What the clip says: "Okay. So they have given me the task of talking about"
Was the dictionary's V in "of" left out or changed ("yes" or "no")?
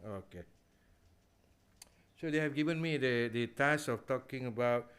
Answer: yes